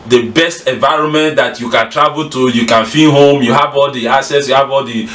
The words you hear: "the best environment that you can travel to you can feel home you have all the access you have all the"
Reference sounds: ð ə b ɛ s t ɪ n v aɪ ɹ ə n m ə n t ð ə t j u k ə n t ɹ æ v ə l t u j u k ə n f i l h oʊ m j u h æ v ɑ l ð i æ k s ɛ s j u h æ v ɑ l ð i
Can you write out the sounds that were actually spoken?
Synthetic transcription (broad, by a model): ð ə b ɛ s t ɪ n v aɪ ɹ ə n m ə n t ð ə t j u k ə n t ɹ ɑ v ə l t u j u k ə n f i n h oʊ m j u h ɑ v ɑ l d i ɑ s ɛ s j u h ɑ v ɑ l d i